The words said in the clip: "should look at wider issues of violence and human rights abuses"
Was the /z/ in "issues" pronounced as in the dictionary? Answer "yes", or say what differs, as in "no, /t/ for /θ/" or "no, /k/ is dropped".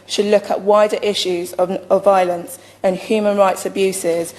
yes